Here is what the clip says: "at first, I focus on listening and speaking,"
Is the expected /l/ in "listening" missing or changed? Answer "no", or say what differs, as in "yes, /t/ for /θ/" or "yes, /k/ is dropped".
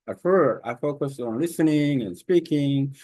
no